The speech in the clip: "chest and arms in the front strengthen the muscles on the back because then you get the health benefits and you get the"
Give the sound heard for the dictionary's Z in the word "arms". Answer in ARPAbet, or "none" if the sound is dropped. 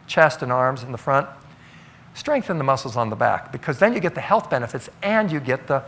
Z